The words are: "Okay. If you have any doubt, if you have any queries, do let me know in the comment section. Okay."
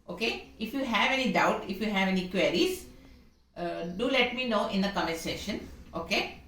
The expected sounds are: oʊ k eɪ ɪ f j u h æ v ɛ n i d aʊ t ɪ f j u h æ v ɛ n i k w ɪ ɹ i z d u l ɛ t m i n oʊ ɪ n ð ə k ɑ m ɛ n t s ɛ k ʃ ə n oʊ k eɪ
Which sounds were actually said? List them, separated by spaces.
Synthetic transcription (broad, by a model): oʊ k eɪ ɪ f j u h æ v ɛ n i d aʊ t ɪ f j u h æ v ɛ n i k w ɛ ɹ i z d u l ɛ t m i n oʊ ɪ n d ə k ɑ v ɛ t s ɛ ʃ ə n oʊ k eɪ